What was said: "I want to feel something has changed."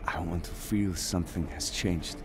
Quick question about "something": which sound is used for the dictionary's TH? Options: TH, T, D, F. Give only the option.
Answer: TH